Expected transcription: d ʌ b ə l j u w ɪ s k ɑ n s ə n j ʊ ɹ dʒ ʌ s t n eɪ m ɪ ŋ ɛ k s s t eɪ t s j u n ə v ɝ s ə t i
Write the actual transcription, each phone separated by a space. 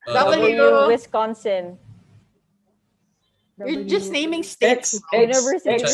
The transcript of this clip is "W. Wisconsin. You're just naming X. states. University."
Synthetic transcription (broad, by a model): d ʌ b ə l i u w ɪ s k ɑ n s ə n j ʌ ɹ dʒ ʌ s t n eɪ m ɪ ŋ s s t eɪ t s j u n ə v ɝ s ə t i